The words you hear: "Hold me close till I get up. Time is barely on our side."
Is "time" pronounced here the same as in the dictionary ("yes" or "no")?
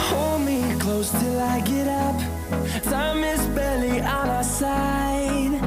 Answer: no